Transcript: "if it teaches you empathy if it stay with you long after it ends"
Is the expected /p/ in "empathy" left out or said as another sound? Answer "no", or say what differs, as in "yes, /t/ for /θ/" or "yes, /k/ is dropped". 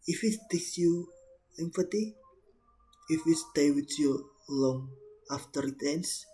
yes, /f/ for /p/